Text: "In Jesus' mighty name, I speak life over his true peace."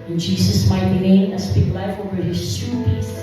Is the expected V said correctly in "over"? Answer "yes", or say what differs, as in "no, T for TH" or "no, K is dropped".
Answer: no, V is dropped